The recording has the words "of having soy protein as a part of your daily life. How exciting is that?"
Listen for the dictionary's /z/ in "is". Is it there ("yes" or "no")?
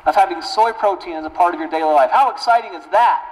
yes